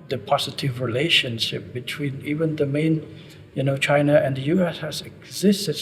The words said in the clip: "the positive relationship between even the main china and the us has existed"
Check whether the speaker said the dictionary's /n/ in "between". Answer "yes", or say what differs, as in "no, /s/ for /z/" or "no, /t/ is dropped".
yes